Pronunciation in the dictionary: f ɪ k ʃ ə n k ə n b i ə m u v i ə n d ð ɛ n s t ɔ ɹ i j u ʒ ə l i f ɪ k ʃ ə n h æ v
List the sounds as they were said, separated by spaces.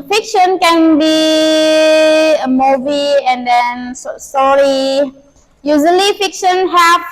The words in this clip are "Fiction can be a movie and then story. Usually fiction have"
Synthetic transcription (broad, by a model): f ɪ k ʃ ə n k ə n b i ə m u v i ə n d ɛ n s s ɔ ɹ i j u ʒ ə l i f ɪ k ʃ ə n h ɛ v